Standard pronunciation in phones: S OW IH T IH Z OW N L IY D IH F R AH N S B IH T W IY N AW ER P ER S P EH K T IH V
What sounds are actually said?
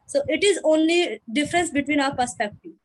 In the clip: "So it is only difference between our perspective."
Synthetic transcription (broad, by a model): S OW IH T IH Z OW N L IY D IH F R AH N S B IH T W IY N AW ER P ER S P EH K T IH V